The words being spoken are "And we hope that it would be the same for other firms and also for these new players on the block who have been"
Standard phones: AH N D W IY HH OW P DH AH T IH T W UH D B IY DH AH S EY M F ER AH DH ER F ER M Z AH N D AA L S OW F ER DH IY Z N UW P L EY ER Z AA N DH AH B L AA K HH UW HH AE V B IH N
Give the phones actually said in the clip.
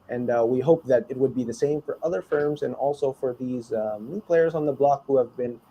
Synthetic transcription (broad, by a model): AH N W IY HH OW P DH AH T IH T W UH D B IY DH AH S EY M F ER AH DH ER F ER M Z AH N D AA L S OW F ER DH IY Z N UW P L EY ER Z N DH AH B L AA K HH UW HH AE V B IH N